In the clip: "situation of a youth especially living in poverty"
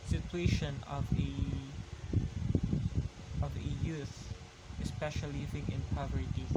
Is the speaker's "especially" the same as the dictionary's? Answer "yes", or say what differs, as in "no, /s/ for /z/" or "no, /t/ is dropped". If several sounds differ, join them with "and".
no, /l/ is dropped